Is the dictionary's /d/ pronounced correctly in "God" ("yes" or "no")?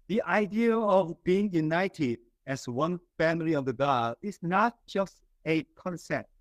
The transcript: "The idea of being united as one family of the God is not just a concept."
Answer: no